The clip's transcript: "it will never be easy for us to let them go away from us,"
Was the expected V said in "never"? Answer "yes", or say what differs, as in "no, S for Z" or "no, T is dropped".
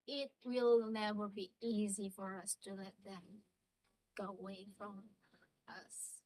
no, W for V